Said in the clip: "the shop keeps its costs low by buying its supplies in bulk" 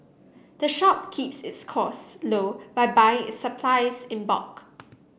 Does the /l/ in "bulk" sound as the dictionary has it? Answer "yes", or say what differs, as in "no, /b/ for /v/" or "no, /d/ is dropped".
no, /l/ is dropped